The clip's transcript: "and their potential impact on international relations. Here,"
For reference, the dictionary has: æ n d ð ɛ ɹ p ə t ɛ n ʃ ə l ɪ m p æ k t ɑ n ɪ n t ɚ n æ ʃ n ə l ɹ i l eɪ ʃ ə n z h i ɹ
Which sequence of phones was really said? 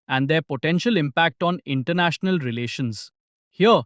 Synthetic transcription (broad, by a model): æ n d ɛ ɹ p ə t ɛ n ʃ ə l ɪ m p æ k t ɑ n ɪ n t ɚ n æ ʃ n ə l ɹ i l eɪ ʃ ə n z h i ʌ